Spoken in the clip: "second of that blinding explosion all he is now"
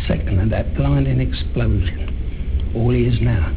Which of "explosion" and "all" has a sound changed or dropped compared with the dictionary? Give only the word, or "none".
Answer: none